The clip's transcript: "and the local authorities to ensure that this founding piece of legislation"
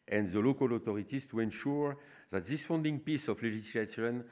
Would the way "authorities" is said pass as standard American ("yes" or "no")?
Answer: no